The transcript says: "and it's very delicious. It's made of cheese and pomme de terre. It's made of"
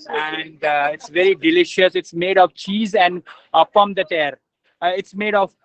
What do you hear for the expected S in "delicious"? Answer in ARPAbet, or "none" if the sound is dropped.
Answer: S